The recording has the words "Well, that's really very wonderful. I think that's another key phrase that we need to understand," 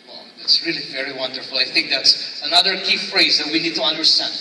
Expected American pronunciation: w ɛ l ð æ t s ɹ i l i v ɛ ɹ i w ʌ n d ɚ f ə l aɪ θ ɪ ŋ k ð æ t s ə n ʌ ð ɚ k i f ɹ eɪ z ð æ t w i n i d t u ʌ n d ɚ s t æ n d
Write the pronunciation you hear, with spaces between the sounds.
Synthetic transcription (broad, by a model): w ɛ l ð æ t s ɹ i l i v ɛ ɹ i w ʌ n d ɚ f l aɪ θ ɪ ŋ k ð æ t s ə n ʌ ð ɚ k i f ɹ eɪ z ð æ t w i n i d t u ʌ n d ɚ s t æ n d